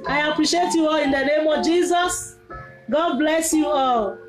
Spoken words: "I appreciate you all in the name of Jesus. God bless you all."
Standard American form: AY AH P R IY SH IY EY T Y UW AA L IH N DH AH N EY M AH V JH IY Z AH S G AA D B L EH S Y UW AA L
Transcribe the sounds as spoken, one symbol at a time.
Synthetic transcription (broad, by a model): AY AH P R IY SH IY EY T Y UW AA L IH N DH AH N EY M AH V JH IY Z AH S G AA D B L EH S Y UW AA L